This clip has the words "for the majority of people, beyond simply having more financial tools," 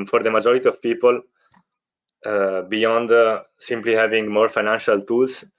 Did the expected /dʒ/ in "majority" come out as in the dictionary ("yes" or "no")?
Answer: yes